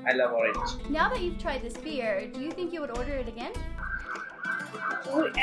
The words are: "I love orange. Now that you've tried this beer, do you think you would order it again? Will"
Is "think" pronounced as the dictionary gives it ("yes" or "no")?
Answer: yes